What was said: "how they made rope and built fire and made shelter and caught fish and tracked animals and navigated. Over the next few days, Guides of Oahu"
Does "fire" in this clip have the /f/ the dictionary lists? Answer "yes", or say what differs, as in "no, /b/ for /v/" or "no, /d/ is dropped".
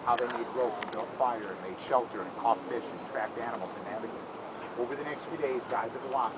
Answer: yes